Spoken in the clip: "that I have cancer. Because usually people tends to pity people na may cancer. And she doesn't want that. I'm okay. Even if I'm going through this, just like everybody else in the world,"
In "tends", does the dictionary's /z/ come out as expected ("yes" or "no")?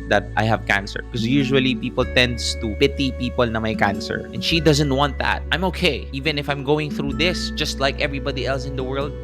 no